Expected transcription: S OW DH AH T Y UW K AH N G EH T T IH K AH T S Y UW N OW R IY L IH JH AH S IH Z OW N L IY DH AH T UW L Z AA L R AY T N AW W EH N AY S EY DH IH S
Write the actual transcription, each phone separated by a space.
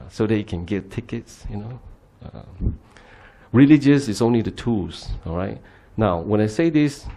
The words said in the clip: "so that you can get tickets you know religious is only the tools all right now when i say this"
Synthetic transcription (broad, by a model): S OW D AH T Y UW K AH N G EH T T IH K AH T S Y UW N OW R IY L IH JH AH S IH S OW N L IY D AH T UW L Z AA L R AY T N AW W EH N AY S EY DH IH S